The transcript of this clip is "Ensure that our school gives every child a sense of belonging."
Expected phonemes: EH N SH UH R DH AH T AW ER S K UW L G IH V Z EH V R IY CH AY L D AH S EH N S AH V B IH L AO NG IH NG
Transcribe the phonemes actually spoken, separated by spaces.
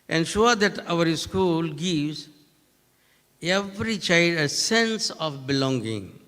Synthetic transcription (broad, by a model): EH N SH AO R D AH T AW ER S K UW L G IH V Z EH V R IY CH AY L D AH S EH N S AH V B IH L AO NG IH NG